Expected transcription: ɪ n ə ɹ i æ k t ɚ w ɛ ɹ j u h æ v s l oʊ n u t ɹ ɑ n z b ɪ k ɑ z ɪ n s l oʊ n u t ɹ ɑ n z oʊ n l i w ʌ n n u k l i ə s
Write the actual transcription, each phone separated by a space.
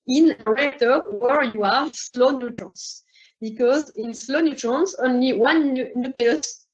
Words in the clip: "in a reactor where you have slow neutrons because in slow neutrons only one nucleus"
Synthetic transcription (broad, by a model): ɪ n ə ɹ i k t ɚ w ɛ ɹ j u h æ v s l oʊ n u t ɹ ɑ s b ɪ k ɑ z ɪ n s l oʊ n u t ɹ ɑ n s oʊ n l i w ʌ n n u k l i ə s